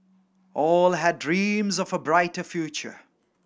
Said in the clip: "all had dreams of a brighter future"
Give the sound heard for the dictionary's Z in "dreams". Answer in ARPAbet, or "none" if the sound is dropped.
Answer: Z